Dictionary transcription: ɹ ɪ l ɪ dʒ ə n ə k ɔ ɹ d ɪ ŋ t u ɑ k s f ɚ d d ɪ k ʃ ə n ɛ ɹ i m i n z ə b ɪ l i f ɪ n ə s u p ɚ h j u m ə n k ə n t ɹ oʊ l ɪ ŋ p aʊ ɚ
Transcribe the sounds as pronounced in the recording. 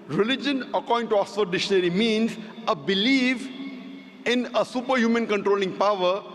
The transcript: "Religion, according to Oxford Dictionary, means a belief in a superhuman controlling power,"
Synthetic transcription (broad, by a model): ɹ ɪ l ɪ dʒ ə n ə k ɔ ɹ d ɪ ŋ t u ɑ s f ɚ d d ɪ ʃ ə n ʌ ɹ i m i n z ə b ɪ l i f ɪ n ə s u p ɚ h j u m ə n k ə n t ɹ oʊ l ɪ ŋ p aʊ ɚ